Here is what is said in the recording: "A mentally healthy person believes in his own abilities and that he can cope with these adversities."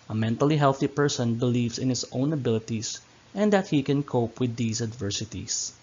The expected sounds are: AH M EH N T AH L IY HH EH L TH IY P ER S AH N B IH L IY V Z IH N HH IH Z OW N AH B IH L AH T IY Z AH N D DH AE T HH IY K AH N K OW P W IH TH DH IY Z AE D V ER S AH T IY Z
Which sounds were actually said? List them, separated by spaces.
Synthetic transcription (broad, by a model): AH M EH N T AH L IY HH EH L TH IY P ER S AH N B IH L IY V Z IH N HH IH S OW N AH B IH L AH T IY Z AH N D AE T HH IY K AH N K OW P W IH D IY S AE D V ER S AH T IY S